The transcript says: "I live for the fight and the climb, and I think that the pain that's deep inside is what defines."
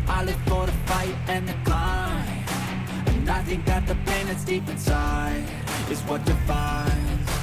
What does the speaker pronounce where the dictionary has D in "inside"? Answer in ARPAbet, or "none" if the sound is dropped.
none